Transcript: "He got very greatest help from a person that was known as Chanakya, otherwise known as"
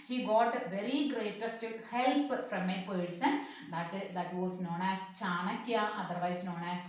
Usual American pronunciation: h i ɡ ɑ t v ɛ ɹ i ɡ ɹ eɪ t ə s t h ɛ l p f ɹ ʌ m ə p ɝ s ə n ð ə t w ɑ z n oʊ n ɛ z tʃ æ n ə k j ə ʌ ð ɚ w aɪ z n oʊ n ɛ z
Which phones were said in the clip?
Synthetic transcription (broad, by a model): h i ɡ ɑ t v ɛ ɹ i ɡ ɹ eɪ t ə s t h ɛ l p f ɹ ʌ m ə p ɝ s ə n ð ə t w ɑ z n oʊ n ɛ s tʃ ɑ n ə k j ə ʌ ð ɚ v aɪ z n oʊ n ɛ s